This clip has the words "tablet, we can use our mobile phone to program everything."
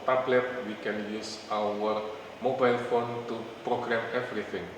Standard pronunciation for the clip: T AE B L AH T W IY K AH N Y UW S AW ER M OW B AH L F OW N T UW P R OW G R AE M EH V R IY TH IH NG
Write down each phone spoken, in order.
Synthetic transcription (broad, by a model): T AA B L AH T W IY K AH N Y UW S AW ER M OW B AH L F OW N T UW P R OW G R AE M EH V R IY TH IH NG